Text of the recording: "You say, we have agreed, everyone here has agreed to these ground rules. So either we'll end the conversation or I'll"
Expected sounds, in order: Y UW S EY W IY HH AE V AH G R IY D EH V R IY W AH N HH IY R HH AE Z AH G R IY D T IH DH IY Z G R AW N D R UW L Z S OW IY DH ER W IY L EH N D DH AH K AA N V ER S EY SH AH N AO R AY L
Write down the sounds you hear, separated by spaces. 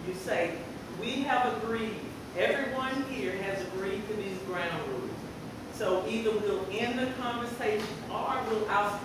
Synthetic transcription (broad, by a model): Y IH S EY W IY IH V AH G R IY D EH V R IY W AH N HH IY R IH Z AH G R IY D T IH DH IY Z G R AW N D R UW Z S OW IY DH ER W IY L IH N DH AH K AA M V ER S EY SH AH N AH W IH L